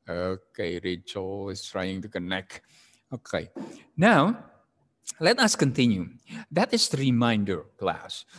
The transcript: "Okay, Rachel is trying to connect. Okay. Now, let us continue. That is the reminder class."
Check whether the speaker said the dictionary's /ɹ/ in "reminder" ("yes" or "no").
yes